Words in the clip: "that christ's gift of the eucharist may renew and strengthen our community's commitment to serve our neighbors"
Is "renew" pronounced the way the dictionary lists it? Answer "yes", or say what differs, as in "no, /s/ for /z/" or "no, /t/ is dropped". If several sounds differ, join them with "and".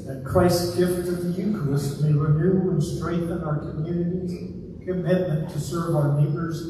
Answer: yes